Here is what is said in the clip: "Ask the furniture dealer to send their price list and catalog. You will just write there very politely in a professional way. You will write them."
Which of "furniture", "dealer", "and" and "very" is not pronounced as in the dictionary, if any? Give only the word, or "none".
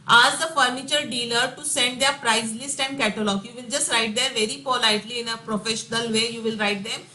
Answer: none